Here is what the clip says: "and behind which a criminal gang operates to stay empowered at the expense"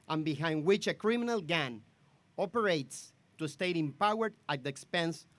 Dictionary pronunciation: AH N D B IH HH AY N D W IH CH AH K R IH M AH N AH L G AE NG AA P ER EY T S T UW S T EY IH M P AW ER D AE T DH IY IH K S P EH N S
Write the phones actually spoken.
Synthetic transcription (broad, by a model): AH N B IH HH AY N D W IH CH AH K R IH M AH N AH L G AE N AA P ER EY T S T UW S T EY IH M P AW ER D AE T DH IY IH K S P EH N S